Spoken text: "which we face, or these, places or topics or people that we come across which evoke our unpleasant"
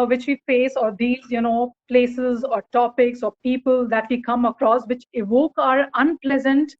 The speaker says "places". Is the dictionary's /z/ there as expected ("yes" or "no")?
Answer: yes